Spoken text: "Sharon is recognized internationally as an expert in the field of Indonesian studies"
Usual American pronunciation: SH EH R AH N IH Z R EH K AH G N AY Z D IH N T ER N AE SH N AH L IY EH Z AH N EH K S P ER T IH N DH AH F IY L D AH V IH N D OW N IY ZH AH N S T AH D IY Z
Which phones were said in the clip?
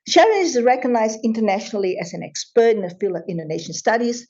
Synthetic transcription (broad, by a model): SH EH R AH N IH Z R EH K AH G N AY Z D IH N T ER N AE SH N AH L IY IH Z AH N EH K S P ER T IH N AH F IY L AH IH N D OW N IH SH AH N S T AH D IY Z